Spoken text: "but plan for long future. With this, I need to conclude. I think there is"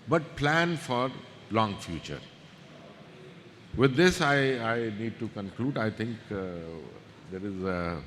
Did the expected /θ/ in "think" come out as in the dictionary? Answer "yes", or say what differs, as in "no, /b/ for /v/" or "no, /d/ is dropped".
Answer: no, /t/ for /θ/